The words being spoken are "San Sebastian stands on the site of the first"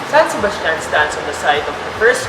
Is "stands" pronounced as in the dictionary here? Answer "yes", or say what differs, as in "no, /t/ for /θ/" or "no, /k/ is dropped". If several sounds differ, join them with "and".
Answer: no, /s/ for /z/